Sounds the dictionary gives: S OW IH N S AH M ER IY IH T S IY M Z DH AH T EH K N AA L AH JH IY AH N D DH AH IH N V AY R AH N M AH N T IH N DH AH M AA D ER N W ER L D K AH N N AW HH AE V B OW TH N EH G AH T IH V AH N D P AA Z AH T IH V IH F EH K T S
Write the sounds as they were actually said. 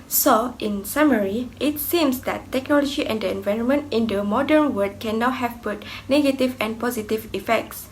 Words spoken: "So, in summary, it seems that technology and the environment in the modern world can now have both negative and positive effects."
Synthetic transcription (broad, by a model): S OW IH N S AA M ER IY IH T S IY M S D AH T EH K N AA L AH JH IY AH N D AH IH N V AY R AH N M AH N T IH N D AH M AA D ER N W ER D K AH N N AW HH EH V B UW T N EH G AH T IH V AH N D P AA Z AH T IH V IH F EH K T S